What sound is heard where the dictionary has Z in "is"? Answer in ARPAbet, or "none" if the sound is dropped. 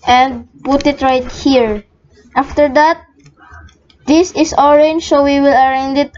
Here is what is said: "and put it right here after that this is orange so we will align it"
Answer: S